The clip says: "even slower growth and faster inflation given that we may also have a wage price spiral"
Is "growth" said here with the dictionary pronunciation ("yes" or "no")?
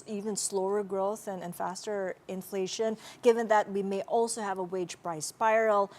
yes